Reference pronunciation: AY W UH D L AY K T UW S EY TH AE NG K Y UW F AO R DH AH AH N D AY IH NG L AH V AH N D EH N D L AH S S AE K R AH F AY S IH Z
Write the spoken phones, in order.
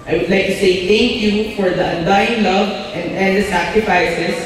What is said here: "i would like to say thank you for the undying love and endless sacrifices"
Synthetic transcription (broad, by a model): AY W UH D L AY K T UW S EY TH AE NG K Y UW F AO R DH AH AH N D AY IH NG L AH V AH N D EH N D AH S S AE K R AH F AY S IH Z